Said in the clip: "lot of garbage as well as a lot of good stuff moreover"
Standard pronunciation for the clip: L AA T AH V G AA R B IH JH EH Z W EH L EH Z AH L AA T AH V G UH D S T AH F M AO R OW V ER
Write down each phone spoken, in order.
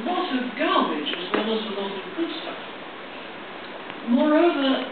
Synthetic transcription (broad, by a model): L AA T AH V G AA L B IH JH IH Z W EH L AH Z AH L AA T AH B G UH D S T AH M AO R OW V ER